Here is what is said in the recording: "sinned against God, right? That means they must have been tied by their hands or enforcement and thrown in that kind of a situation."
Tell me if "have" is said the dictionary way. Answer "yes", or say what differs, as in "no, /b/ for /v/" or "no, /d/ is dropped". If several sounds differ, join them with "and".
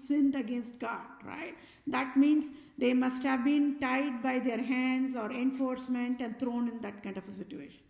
yes